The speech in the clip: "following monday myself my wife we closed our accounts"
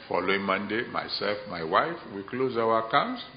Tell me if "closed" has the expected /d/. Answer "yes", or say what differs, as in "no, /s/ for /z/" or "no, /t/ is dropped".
no, /d/ is dropped